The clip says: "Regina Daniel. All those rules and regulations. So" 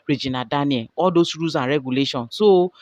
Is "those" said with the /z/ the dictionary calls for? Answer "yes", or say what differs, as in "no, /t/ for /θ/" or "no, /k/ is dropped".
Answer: no, /s/ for /z/